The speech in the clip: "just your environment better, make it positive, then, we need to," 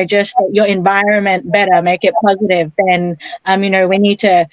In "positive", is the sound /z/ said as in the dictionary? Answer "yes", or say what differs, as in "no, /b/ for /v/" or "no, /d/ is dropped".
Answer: yes